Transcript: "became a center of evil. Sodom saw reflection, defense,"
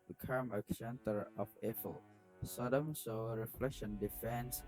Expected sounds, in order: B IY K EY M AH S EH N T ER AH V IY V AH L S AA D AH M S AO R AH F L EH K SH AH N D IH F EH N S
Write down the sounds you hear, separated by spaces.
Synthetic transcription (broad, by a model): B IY K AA M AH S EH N T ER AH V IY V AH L S AA D AH M S AO R AH F L EH K SH AH N D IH F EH N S